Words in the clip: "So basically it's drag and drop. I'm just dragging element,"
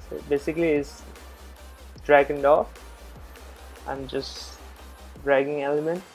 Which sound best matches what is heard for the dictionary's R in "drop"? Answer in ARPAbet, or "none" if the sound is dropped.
none